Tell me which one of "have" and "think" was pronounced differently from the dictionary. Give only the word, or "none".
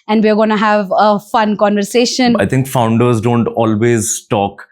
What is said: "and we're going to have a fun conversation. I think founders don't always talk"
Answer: think